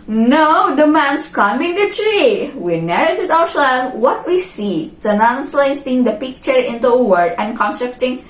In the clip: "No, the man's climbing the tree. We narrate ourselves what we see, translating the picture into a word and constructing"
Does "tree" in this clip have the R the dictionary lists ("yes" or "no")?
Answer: yes